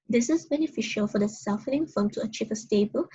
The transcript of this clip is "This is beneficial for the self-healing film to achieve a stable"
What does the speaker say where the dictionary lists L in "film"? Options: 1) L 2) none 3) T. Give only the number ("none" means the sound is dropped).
2